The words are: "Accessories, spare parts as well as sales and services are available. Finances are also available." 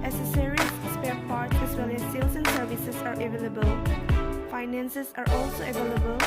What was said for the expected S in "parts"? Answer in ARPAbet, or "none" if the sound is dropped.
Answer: none